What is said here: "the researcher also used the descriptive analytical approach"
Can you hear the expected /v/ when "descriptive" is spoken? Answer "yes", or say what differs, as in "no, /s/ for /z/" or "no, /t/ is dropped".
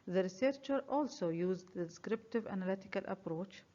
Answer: yes